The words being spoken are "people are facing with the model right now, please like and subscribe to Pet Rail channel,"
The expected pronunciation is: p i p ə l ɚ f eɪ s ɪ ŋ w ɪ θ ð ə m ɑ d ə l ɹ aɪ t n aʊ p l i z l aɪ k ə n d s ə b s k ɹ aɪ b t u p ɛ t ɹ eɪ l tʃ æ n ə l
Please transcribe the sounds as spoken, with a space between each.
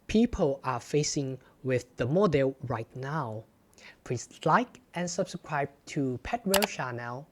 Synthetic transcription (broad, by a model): p i p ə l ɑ f eɪ s ɪ ŋ w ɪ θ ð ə m ɑ d ə l ɹ aɪ t n aʊ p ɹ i s l aɪ k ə n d s ə b s k ɹ aɪ b t u p ɛ t ɹ eɪ l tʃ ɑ n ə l